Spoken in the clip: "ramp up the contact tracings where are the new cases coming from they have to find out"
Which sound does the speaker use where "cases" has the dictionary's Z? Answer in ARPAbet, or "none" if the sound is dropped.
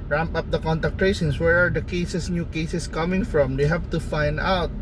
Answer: S